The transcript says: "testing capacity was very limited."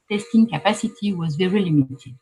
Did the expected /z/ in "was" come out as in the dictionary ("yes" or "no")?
yes